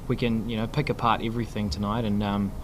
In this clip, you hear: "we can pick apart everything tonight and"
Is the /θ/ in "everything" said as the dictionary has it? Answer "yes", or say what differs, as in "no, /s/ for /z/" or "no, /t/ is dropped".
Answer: yes